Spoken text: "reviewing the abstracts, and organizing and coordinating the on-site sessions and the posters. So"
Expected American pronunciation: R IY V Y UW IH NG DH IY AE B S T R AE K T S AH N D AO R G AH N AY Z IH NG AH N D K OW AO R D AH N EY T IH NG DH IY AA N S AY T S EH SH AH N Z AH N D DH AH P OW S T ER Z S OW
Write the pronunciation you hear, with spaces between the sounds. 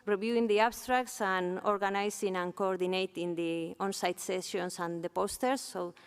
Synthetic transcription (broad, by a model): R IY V Y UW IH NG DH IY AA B S T R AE K T S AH N AO R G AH N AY S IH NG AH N K OW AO R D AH N EY T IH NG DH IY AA N S AY T S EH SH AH N S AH N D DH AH P OW S T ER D S OW